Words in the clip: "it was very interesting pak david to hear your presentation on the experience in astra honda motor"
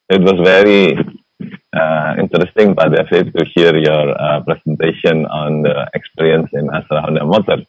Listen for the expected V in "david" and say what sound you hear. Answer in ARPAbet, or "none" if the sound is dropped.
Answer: F